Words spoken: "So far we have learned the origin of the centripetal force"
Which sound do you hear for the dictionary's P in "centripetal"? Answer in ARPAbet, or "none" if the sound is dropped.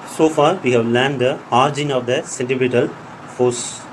B